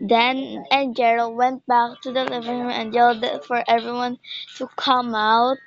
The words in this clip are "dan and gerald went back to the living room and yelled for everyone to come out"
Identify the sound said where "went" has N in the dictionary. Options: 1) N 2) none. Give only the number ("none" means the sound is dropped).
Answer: 1